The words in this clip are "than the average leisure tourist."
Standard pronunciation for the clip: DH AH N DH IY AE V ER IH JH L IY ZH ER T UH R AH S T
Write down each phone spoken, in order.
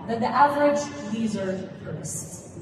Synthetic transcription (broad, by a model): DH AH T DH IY AE V ER IH JH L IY Z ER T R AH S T